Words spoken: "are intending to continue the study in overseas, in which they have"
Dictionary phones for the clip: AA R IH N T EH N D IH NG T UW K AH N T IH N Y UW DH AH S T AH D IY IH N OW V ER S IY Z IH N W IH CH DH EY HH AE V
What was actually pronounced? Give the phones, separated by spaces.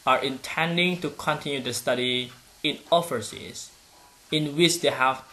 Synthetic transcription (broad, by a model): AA R IH N T EH N D IH NG T UW K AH N T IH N Y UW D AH S T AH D IY IH N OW F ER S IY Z IH N W IH CH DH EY HH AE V